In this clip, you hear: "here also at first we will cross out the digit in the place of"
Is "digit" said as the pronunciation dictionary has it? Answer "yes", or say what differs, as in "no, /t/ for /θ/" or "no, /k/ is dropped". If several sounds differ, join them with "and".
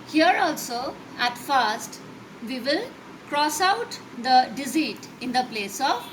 no, /z/ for /dʒ/